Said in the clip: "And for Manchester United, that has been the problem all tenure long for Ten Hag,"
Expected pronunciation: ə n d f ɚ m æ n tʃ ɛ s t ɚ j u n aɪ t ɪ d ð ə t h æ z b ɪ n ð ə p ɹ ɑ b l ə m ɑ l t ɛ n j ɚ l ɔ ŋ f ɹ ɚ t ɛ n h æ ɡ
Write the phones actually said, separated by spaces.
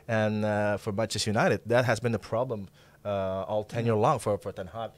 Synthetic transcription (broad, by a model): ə n f ɚ m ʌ tʃ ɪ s j u n aɪ t ɪ d ð ə t h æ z b ɪ n ð ə p ɹ ɑ b l ə m ɑ l t ɛ n j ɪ l ɔ ŋ f ɹ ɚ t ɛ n h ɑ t